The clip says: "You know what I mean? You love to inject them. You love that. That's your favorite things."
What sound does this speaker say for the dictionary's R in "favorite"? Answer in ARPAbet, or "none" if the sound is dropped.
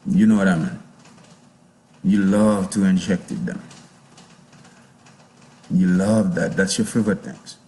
none